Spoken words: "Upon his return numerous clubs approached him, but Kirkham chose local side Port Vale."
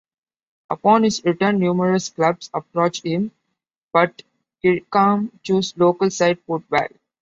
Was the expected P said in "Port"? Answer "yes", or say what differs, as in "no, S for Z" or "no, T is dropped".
no, F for P